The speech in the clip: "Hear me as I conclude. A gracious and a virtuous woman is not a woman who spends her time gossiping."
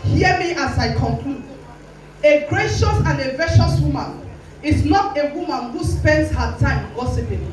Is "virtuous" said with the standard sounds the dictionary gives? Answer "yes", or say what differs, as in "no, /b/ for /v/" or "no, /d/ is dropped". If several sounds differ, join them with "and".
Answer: no, /ʃ/ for /tʃ/